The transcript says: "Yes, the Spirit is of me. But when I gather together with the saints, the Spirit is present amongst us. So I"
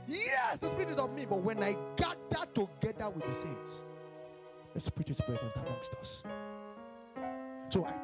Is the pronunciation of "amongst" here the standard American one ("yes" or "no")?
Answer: yes